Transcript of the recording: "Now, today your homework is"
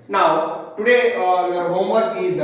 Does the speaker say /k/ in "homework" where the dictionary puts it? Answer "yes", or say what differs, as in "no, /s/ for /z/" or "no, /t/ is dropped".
no, /k/ is dropped